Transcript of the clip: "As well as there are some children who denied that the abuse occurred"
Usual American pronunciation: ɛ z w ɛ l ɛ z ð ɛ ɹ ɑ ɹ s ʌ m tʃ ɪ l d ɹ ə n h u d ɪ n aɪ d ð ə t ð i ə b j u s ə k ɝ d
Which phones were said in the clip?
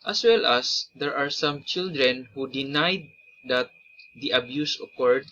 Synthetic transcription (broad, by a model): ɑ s w ɛ l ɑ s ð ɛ ɹ ɑ ɹ s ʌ m tʃ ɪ l d ɹ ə n h u d ɪ n aɪ d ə t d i ə b j u s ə k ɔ d